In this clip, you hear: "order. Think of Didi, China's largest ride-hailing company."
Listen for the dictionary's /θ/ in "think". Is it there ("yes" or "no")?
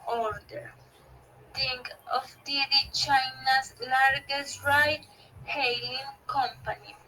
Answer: no